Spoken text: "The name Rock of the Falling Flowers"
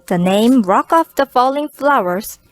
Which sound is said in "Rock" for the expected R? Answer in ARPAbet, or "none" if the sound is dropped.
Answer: R